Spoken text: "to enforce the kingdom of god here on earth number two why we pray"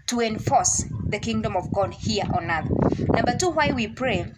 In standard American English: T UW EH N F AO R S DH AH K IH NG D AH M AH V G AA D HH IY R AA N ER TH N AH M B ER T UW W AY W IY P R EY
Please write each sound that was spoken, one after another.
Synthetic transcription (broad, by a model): T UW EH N F AO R S DH AH K IH NG D AH M AH V G AA D HH IY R AA N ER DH N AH M B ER T UW W AY W IY P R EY